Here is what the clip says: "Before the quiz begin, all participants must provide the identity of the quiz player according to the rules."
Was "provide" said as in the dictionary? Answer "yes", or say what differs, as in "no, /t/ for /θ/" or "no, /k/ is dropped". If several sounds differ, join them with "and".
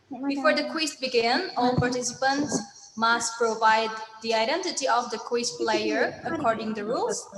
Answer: yes